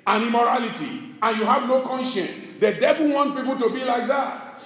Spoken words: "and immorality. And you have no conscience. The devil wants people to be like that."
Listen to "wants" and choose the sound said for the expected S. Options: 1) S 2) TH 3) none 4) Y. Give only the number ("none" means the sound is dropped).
3